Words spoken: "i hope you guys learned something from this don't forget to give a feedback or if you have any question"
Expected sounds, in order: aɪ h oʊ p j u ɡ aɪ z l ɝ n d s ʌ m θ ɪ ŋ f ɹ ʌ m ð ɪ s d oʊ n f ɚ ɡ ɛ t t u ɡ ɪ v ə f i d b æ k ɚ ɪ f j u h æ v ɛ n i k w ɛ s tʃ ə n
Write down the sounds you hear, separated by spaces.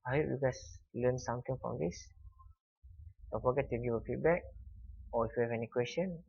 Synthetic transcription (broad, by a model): aɪ h oʊ p j u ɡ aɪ s l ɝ n s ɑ m t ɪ ŋ f ɹ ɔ m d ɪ s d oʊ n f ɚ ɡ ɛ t t u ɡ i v ə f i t b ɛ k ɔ ɪ f j u h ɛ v ɛ n i k w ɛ s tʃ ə n